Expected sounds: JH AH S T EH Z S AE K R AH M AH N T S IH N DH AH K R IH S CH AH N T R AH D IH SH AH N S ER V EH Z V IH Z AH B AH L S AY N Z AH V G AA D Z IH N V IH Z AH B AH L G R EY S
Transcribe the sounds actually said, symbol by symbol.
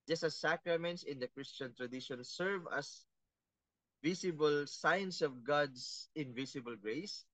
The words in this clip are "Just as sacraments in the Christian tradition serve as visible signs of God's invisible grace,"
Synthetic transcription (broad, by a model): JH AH S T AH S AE K R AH M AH N T S IH N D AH K R IH S CH AH N T R AH D IH SH AH N S ER V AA S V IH S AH B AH L S AY N S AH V G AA D S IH N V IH S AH B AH L G R EY S